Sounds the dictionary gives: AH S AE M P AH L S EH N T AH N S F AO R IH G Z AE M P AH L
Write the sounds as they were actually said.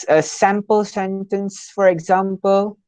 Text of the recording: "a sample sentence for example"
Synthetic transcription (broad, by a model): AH S AE M P AH L S EH N T AH N S F AO R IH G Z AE M P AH L